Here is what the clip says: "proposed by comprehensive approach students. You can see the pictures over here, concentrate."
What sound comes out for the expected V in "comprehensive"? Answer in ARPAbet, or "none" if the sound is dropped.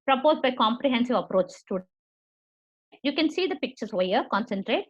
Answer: V